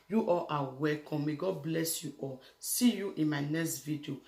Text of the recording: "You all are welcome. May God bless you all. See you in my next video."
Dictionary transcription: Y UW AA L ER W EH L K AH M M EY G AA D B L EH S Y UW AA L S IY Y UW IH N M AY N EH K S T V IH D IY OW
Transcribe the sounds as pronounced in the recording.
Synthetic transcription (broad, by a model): Y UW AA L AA W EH K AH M M EY G AA D B L EH S Y UW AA S IY Y UW IH N M AY N EH K S T V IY D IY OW